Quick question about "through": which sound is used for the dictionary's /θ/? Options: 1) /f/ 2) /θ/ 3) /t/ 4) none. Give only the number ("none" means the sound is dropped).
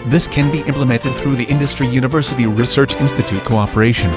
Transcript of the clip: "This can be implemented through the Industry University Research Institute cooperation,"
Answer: 2